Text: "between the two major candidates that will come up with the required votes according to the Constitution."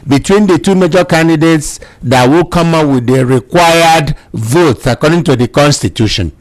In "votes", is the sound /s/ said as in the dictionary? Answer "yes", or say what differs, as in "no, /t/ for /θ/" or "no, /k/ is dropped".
yes